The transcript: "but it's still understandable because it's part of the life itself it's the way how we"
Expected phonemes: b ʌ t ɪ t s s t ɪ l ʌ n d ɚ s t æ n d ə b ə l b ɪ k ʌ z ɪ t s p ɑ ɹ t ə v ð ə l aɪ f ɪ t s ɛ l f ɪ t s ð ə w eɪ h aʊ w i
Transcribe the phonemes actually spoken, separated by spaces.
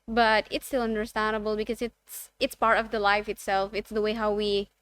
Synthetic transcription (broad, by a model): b ʌ t ɪ t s s t ɪ l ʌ n d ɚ s t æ n d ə b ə l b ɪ k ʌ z ɪ t s p ɑ ɹ t ə v ð ə l aɪ f ɪ t s ɛ l f ɪ t s ð ə w eɪ h aʊ w i